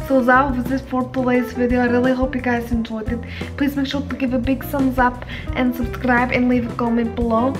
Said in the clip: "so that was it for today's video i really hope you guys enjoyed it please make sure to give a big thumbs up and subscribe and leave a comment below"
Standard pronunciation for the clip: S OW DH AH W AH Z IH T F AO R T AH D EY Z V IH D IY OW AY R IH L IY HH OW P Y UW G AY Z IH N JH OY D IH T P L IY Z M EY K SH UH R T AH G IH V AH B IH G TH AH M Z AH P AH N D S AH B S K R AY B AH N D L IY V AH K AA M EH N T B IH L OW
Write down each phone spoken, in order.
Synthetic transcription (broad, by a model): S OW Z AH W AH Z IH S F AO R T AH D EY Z V IH D IY OW AY R IH L IY HH OW P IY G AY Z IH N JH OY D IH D P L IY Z M EY K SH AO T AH G IH V AH B IH G S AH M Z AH P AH N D S AH B S K R AY B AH N L IY V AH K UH M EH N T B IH L OW